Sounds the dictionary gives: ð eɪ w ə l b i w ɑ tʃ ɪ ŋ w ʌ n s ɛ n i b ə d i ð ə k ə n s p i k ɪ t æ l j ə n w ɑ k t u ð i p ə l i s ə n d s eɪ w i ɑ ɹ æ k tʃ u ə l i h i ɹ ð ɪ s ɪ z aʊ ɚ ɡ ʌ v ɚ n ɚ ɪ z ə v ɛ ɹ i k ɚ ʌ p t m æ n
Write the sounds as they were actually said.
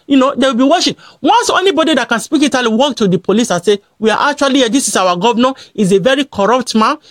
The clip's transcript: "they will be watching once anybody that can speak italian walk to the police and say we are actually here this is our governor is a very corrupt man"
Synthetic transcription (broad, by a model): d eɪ w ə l b i w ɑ ʃ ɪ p w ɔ n s ɛ n i b ə d i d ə k ə n s p i k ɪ t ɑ l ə w ɑ k t u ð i p ə l i s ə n s eɪ w i ɑ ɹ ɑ k tʃ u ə l i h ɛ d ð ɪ s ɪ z aʊ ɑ ɡ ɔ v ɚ n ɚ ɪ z ə v ɛ ɹ i k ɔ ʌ p t m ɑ n